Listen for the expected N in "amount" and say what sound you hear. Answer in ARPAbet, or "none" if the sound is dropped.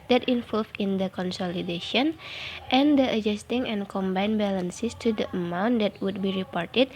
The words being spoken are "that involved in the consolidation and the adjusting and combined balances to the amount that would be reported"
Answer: N